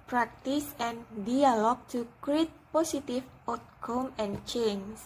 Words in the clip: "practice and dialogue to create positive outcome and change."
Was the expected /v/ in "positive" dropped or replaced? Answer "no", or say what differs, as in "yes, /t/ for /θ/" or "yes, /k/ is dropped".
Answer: yes, /f/ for /v/